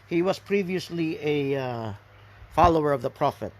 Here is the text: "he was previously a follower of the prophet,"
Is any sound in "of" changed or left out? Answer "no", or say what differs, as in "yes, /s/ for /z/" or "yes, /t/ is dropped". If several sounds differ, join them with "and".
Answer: no